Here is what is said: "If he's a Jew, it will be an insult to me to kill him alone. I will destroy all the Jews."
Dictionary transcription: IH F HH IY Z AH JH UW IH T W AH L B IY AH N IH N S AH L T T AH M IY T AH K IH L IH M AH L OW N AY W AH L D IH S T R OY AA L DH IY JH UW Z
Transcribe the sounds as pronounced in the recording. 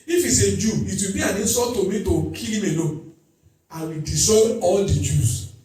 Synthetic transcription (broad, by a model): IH F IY S AH JH UW IH T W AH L B IY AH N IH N S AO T T AH M IY T AH K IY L IH M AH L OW AY W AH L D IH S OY AA L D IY JH UW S